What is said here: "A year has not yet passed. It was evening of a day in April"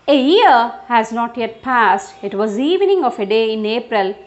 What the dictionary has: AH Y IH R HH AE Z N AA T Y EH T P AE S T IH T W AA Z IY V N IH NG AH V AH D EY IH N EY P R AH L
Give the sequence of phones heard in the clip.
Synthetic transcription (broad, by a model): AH Y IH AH HH AE Z N AA T Y EH T P AE S T IH T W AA Z IY V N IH NG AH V AH D EY IH N EY P R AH L